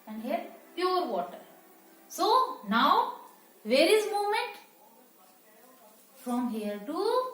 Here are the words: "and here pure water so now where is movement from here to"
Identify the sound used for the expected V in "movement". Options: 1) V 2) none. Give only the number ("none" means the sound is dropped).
2